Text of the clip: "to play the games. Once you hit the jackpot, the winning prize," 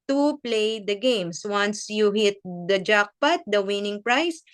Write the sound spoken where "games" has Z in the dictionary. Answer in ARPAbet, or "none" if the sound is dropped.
S